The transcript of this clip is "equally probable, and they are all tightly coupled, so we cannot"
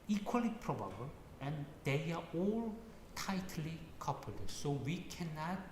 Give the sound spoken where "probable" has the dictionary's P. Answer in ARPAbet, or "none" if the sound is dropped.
P